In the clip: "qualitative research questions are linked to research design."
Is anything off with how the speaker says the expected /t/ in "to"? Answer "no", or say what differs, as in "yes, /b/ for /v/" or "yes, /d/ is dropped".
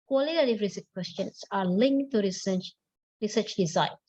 yes, /s/ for /t/